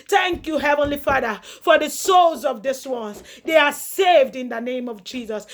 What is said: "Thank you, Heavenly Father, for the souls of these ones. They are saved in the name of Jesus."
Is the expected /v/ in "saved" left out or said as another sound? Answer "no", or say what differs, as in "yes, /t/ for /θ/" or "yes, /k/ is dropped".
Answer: no